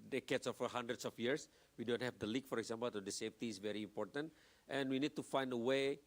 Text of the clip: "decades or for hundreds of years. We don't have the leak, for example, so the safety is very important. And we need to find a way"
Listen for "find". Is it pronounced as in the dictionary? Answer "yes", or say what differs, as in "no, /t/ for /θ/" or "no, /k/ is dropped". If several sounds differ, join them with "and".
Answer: yes